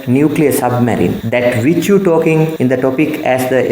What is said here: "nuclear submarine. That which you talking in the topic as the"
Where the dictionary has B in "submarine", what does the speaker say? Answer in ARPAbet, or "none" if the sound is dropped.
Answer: B